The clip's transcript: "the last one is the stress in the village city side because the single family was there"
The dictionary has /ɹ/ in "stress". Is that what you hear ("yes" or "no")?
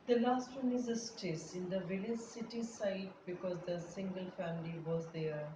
no